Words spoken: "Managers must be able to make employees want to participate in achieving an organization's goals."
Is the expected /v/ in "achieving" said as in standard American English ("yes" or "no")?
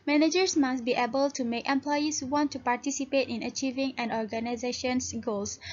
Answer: yes